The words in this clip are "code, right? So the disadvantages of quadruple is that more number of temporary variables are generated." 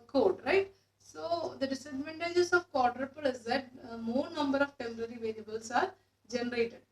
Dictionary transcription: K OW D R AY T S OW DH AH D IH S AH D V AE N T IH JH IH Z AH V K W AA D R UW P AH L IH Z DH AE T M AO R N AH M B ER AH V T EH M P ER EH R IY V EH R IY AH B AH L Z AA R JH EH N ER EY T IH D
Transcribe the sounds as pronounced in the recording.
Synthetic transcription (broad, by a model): K OW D R AY T S OW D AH D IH S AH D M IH N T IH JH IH S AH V K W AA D R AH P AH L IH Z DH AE T M AO R N AH M B ER AH V T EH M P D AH R IY V EH L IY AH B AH L S AA R JH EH N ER EY T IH D